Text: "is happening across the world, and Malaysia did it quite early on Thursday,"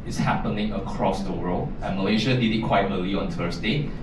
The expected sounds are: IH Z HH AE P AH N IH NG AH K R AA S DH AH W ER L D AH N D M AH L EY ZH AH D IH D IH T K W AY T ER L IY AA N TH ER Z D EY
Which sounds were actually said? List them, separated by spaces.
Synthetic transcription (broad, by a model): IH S HH AE P AH N IH NG AH K R AA S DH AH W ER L AH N M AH L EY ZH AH D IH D IH T K W AY T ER L IY AA N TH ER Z D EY